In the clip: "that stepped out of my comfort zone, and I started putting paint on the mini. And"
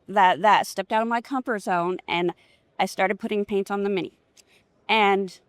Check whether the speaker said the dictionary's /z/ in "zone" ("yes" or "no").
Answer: yes